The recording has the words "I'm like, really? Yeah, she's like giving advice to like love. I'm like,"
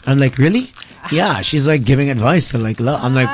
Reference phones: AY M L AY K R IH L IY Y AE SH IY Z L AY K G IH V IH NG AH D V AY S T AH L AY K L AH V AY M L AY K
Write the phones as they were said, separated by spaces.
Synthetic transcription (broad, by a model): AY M L AY K R IH L IY Y AE SH IY Z L AY K G IH V IH NG AH D V AY S T AH L AY K L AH AY M L AY K